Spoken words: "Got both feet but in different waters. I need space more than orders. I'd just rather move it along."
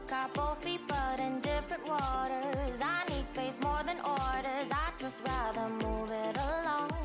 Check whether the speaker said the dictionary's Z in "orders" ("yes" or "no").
yes